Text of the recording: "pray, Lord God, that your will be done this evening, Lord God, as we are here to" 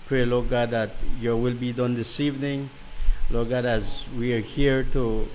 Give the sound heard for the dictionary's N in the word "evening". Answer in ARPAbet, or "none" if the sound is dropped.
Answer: N